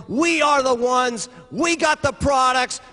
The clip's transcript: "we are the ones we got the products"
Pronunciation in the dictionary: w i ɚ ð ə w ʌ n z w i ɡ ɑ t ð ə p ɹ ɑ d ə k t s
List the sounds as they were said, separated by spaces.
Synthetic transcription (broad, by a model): w i ɚ ð ə w ʌ n z w i ɡ ɑ t ð ə p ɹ ɑ d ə k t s